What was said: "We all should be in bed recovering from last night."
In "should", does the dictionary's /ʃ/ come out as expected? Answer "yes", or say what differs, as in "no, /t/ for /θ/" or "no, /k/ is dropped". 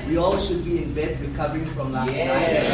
yes